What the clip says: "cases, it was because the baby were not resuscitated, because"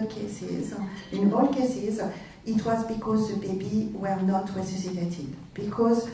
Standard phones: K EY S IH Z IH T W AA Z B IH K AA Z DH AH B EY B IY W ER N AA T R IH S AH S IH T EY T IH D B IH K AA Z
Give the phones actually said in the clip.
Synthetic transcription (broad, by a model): K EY S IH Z IH T W AA Z B IH K AA Z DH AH B EY B IY W ER N AA T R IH S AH S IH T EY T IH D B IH K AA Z